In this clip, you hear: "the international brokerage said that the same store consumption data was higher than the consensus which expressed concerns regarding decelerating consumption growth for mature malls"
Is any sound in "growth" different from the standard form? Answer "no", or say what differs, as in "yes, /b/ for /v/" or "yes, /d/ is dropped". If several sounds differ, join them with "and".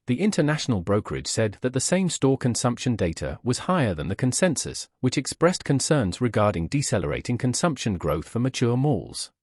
no